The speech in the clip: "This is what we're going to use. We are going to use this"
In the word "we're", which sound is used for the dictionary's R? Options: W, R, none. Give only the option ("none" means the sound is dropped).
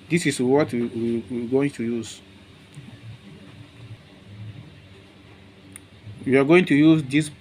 W